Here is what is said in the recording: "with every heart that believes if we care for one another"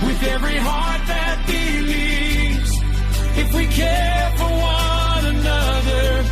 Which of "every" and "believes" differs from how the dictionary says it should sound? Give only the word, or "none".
believes